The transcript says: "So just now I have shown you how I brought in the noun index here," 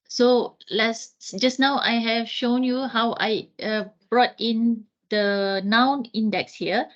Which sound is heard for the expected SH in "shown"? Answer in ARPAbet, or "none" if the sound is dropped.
SH